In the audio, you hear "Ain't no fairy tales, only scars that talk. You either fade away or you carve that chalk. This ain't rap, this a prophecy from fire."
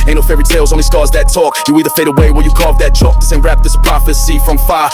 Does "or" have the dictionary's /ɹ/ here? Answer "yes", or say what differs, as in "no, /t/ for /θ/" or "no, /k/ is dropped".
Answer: no, /l/ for /ɹ/